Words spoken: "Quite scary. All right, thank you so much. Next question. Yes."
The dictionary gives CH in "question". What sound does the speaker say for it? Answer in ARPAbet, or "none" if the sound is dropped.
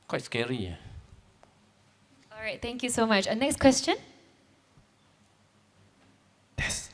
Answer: CH